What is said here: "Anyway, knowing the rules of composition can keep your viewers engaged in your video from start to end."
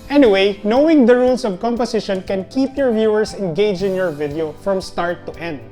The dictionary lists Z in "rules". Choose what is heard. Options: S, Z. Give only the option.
S